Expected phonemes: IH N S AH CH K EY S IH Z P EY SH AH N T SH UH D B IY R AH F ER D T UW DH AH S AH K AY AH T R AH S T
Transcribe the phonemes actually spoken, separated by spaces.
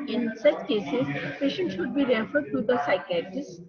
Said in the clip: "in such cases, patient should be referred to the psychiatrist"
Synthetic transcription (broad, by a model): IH N S AH CH K EY S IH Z P EY SH AH N T SH UH D B IY R AH F ER D T UW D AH S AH K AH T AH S